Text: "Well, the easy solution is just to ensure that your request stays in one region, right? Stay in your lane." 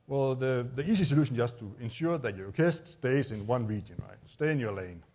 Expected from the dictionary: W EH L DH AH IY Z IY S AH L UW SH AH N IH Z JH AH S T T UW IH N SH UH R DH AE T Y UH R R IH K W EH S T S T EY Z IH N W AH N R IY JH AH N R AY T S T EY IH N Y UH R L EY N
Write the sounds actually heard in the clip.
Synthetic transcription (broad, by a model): W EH L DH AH IY S IY S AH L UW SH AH N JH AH S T T UW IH N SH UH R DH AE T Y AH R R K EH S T S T EY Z IH N W AH N R IY JH AH N R AY T S T EY IH N Y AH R L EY N